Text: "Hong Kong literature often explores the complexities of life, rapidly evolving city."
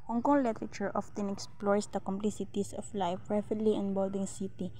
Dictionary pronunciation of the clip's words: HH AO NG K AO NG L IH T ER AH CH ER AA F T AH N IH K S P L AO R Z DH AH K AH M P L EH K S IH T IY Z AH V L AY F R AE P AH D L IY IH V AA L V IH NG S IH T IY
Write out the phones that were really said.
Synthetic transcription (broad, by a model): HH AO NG K AO NG L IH T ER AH CH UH AA F T AH N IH K S P L AO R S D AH K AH M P L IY S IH T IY S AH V L AY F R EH F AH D L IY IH B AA L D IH NG S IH T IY